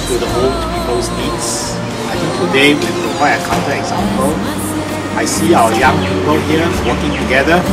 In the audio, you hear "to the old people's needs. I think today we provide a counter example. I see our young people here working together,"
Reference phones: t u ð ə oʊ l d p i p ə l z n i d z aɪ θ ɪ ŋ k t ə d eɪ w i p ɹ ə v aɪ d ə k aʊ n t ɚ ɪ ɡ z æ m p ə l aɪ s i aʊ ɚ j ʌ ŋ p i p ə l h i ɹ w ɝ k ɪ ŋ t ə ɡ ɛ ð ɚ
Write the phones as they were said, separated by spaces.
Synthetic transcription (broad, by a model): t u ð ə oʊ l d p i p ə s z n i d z aɪ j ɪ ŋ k t ə d eɪ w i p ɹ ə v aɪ ə k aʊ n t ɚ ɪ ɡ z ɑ m p ə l aɪ s i aʊ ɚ j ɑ ŋ p i p ə l h i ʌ w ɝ k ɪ ŋ t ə ɡ ɛ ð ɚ